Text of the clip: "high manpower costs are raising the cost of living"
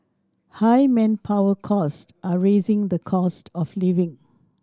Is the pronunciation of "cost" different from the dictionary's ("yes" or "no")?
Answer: no